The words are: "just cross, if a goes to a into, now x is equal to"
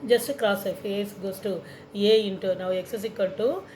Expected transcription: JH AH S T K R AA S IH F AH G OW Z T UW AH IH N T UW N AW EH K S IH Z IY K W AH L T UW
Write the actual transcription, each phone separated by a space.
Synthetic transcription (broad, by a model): JH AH S T K R AA S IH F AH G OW S T UW AH IH N T UW N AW EH K S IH S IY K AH N T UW